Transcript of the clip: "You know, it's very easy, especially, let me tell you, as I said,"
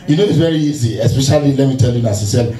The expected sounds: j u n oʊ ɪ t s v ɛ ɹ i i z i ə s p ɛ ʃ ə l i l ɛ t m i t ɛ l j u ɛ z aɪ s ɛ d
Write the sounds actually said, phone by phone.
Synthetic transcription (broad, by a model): j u n oʊ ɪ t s v ɛ ɹ i i z i ə s p ɛ ʃ ə l i l ɛ t m i t ɛ l j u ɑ s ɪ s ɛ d